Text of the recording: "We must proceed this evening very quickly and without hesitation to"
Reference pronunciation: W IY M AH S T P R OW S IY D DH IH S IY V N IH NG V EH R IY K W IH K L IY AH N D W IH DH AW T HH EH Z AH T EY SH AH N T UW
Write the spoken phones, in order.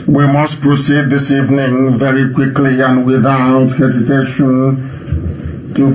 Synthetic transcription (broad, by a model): W IY M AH S T P R OW S IY D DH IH S IY V N IH NG V EH R IY K W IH K L IY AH N W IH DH AW T HH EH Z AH T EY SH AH N T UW